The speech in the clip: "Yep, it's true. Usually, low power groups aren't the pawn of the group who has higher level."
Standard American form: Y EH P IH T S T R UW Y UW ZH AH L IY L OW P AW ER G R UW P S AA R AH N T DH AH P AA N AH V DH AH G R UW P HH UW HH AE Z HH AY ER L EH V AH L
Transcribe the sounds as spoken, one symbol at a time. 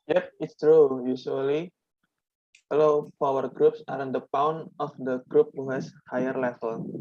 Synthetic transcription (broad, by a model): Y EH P IH T S T R UW Y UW S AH L IY L OW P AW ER G R UW P S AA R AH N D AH P AA N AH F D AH G R UW P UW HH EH S HH AY ER L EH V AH L